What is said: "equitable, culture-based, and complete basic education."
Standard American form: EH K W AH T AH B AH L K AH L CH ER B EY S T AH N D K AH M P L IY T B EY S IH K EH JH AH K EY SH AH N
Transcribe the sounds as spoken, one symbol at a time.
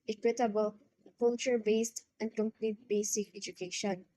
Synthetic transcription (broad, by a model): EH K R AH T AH B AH L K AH L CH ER B EY S T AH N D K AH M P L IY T B EY S IH K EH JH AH K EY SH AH N